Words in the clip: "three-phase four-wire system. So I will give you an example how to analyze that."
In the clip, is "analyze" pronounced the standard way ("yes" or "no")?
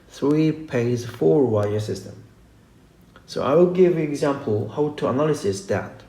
no